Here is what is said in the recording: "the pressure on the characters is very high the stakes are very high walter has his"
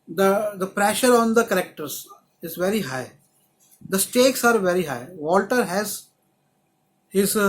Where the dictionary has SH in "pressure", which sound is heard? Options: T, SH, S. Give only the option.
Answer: SH